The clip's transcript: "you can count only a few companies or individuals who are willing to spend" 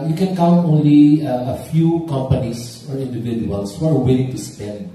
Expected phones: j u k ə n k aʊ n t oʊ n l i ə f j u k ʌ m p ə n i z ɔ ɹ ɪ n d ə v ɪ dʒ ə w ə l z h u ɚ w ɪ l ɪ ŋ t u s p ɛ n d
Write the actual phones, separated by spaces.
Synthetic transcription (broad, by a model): j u k ə n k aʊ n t oʊ n l i ə f j u k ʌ m p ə n i s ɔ l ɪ n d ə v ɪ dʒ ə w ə l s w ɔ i w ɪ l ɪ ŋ t u s p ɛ n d